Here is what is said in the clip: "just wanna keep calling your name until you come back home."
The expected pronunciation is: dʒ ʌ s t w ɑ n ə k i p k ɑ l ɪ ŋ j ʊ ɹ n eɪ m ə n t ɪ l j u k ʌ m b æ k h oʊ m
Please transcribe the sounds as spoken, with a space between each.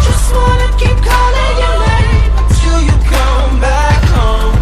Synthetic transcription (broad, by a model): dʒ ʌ s t w ɑ n ə k i p k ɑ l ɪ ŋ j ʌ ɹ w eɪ ə t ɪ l j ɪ k ʌ m b æ k h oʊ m